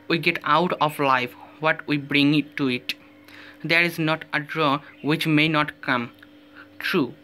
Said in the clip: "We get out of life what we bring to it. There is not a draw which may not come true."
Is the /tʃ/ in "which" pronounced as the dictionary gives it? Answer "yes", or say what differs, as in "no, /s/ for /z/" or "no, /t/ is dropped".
yes